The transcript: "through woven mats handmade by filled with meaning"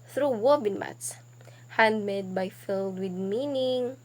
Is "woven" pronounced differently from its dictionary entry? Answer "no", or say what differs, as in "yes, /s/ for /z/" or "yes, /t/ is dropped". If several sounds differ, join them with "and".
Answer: yes, /b/ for /v/